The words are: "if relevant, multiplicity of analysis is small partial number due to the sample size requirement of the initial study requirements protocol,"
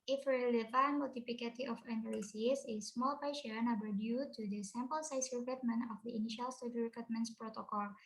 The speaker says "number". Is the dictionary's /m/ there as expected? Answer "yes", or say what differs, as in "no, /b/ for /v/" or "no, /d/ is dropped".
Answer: no, /m/ is dropped